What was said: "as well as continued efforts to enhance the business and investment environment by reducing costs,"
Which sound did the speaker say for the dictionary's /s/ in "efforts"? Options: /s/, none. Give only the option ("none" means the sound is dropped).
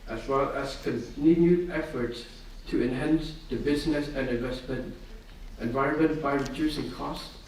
/s/